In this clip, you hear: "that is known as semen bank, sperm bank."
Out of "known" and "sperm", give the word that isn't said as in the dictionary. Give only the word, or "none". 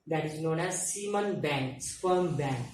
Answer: sperm